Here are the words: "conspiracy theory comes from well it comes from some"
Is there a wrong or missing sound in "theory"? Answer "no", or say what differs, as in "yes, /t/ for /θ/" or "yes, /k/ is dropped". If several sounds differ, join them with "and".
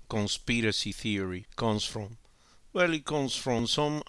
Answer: no